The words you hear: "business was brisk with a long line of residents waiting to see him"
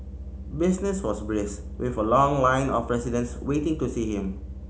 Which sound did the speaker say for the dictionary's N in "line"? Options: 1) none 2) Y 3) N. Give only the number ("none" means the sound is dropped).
3